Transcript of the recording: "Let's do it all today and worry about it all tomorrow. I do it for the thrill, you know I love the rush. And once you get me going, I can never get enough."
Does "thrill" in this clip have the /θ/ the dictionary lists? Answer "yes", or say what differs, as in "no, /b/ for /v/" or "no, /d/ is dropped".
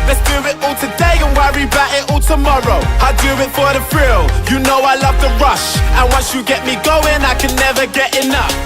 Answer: no, /f/ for /θ/